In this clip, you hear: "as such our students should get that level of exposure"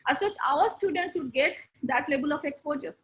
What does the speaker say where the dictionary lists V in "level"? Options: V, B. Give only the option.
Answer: B